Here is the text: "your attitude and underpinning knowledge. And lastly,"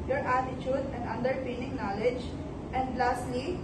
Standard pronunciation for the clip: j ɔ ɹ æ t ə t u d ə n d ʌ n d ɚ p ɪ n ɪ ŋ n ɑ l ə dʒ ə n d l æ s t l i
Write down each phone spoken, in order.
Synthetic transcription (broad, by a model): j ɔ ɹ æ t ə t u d ə n d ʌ n d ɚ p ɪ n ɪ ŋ n ɑ l ə dʒ ə n d l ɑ s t l i